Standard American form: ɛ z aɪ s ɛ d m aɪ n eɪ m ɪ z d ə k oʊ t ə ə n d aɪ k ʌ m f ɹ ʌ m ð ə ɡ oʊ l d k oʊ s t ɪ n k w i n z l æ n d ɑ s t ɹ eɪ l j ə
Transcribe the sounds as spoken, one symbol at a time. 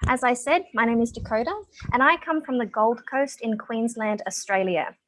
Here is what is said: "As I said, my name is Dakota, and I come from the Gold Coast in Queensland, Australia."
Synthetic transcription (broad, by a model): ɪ z aɪ s ɛ d m aɪ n eɪ m ɪ z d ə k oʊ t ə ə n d aɪ k ʌ m f ɹ ʌ m ð ə ɡ oʊ l d k oʊ s t ɪ n k w i n z l æ n d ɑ s t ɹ eɪ l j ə